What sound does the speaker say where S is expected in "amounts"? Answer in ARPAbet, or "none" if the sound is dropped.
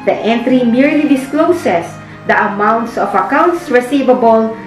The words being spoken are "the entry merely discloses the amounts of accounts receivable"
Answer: S